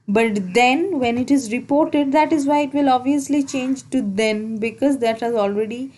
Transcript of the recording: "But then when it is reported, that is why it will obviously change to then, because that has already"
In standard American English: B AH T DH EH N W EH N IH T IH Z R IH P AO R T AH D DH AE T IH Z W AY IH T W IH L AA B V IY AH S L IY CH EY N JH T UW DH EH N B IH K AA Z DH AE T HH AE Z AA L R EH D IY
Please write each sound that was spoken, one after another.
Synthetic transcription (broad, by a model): B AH T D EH N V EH N IH T IH Z R IH P AO R T AH D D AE T IH Z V AY IH T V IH L AA B V IY AH S L IY CH EY N JH T UW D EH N B IH K AA Z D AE T HH AE Z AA L R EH D IY